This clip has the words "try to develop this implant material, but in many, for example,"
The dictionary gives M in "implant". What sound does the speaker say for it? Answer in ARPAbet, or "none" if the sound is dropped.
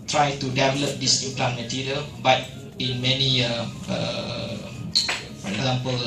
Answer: none